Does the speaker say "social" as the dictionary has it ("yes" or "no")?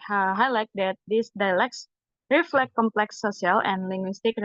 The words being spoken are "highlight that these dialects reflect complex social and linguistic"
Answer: no